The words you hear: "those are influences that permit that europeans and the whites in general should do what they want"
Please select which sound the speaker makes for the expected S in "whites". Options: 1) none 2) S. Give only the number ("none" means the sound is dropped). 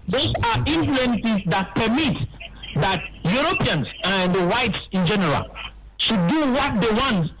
2